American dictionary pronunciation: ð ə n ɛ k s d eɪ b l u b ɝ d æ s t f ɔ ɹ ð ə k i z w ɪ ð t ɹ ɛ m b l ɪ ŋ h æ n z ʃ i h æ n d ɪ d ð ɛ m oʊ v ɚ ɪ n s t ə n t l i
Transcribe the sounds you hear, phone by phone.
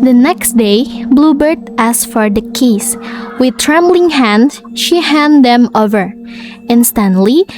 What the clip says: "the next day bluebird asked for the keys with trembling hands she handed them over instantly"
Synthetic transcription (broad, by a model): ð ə n ɛ k s d eɪ b l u b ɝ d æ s f ɔ ɹ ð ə k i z w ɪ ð t ɹ ɛ m b l ɪ ŋ h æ n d ʃ i h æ n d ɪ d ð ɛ m oʊ v ɚ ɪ n s t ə n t l i